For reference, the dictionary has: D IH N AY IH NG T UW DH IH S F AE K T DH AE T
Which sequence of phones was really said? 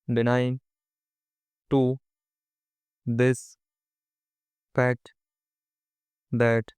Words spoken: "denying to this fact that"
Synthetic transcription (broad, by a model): D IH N AY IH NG T UW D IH S P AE T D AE T